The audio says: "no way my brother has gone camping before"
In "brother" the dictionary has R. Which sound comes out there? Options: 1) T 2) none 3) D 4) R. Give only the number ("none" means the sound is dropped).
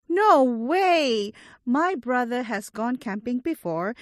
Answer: 4